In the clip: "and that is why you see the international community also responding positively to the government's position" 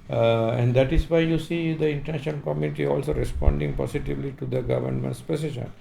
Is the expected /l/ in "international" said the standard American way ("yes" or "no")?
no